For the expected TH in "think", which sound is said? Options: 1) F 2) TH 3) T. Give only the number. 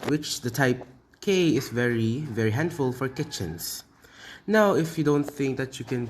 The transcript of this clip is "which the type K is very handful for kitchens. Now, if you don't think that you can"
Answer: 2